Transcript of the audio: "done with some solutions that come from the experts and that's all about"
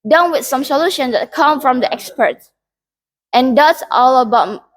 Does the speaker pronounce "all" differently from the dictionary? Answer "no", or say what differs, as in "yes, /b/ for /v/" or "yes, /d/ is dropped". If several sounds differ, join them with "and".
no